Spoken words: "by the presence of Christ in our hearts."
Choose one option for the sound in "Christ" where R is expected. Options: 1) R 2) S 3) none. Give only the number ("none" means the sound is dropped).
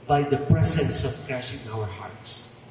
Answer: 3